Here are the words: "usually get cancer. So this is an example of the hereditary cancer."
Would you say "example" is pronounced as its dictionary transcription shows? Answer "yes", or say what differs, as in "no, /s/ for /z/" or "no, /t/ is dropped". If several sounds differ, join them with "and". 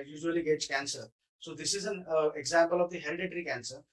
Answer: yes